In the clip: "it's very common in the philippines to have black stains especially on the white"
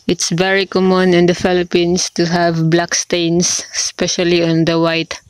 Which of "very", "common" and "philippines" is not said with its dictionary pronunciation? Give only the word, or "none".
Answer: philippines